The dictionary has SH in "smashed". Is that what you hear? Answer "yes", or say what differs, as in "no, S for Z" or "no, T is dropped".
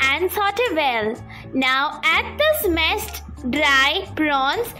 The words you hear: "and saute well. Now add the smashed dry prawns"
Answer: no, S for SH